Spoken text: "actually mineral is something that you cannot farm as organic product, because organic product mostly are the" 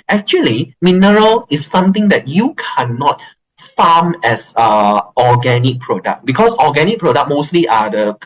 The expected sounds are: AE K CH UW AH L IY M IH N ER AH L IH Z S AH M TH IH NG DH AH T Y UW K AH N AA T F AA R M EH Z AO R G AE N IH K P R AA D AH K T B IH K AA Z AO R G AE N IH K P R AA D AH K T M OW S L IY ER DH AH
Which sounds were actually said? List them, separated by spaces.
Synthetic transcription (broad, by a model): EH K CH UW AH L IY M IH N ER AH L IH S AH M T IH NG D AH T Y UW K AH N AA T F AA M EH S AO G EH N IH K P R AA D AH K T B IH K AA S AO G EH N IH K P R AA D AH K M OW S L IY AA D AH